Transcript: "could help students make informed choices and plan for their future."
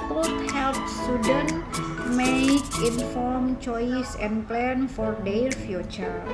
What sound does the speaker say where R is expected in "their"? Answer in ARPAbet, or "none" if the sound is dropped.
L